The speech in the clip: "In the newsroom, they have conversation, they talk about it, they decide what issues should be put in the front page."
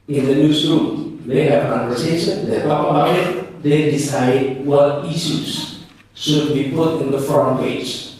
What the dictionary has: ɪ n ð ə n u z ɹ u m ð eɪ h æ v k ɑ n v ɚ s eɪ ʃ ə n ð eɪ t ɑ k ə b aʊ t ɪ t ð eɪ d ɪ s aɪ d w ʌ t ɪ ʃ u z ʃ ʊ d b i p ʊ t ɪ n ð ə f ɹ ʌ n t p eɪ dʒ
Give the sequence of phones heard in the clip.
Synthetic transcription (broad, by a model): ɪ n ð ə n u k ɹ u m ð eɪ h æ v k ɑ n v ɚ s eɪ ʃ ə n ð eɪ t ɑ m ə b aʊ ɪ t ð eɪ d ɪ s aɪ d w ʌ t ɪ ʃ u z ʃ ʊ d b i p ʊ t ɪ n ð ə f ɹ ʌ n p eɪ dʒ